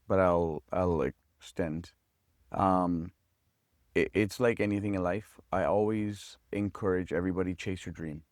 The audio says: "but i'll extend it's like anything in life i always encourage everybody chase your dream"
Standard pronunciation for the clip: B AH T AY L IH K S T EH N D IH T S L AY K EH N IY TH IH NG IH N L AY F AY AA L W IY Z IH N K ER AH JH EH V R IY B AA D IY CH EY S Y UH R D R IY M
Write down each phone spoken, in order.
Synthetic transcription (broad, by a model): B AH T AY L IH K S T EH N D IH T S L AY K EH N IY TH IH NG IH N L AY F AY AA L W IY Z IH N K ER AH JH EH V R IY B AA D IY CH EY S Y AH R D R IY M